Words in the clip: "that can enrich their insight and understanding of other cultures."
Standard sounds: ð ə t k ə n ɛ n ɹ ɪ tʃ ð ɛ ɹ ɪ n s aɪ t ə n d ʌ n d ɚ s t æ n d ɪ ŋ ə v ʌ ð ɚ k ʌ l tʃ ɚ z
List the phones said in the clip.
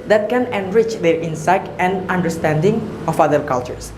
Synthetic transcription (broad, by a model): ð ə t k ə n ɛ n ɹ ɪ tʃ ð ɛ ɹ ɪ n s aɪ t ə n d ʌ n d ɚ s t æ n d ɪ ŋ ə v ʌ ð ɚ k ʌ l tʃ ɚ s